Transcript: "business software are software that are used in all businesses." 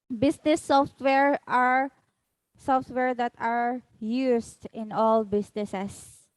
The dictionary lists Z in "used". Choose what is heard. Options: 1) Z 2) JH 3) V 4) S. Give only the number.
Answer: 4